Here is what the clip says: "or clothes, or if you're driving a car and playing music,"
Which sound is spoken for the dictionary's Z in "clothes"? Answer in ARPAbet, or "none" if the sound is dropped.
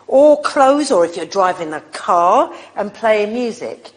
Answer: Z